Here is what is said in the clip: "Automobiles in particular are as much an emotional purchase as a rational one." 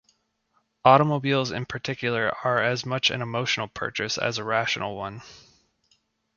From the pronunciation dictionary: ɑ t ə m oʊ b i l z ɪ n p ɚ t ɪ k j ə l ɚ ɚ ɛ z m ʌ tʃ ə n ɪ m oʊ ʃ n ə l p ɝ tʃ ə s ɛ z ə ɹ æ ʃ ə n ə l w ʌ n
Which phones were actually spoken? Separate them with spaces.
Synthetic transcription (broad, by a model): ɑ t ə m oʊ b i l z ɪ n p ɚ t ɪ k j l ɚ ɚ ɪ z m ʌ tʃ ə n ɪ m oʊ ʃ n l p ɝ tʃ ə s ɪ z ə ɹ æ ʃ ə n l w ʌ n